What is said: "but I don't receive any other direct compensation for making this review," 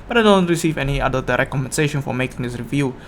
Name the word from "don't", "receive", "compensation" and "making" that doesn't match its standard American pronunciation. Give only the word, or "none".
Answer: compensation